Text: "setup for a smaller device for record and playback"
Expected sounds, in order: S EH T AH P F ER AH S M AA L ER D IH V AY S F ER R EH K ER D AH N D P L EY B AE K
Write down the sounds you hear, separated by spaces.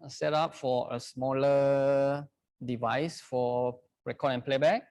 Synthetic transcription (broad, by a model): S EH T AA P F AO AH S M AA L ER D IH V AY S F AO R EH K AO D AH N P L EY B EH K